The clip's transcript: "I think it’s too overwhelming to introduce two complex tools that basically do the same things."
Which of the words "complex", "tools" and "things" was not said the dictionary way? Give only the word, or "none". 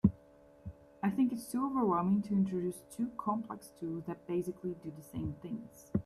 none